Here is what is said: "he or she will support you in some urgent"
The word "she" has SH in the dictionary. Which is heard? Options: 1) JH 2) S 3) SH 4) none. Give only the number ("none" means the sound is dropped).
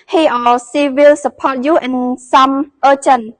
2